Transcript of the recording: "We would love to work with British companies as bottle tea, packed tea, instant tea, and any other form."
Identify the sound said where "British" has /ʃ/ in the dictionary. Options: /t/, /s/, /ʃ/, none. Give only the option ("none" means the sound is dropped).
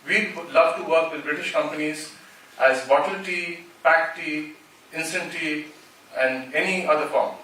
/ʃ/